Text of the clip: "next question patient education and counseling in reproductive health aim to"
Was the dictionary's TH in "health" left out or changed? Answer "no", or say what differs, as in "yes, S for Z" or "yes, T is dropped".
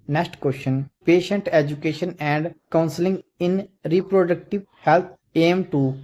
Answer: yes, T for TH